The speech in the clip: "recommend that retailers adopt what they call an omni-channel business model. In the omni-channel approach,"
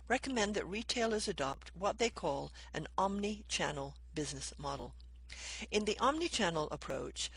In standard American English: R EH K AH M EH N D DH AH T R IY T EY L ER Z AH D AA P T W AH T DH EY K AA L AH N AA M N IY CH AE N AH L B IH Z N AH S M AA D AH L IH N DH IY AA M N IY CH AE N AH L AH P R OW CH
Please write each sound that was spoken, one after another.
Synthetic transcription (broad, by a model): R EH K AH M EH N DH AH T R IY T EY L ER Z AH D AA P T W AH T DH EY K AA L AH N AA M N IY CH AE N L B IH Z N AH S M AA D L IH N DH IY AA M N IY CH AE N L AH P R OW CH